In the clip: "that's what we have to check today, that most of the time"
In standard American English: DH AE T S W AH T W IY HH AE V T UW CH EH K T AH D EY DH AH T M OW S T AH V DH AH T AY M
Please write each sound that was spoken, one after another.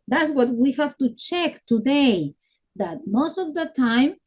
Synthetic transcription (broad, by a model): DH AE T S W AH T W IY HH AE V T UW CH EH K T AH D EY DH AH T M OW S T AH V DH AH T AY M